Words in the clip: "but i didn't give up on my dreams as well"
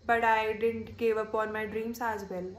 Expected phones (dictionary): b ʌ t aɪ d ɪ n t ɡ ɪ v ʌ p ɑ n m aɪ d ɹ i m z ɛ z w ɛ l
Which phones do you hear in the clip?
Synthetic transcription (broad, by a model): b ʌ t aɪ d ɪ n t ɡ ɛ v ʌ p ɑ n m aɪ d ɹ i m s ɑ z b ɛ l